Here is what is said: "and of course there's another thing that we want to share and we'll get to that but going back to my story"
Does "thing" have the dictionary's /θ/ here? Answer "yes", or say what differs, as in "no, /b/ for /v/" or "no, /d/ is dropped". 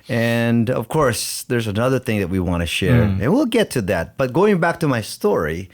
yes